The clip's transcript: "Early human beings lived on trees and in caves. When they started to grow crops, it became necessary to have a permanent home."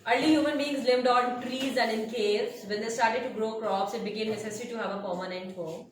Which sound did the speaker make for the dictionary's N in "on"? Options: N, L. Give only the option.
L